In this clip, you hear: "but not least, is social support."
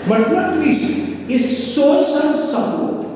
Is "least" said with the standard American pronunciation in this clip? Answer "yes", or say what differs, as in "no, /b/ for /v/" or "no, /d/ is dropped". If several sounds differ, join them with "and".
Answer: no, /t/ is dropped